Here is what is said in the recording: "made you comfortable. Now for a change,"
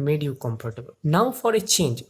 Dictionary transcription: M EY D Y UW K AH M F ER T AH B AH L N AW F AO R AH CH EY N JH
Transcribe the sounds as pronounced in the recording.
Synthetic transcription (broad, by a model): M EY D Y UW K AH M P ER T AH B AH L N AW F AO R AH CH EY N JH